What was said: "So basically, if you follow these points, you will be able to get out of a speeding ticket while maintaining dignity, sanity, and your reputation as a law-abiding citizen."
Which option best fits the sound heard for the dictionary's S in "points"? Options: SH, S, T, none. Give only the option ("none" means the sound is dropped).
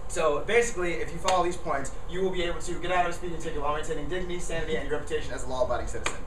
S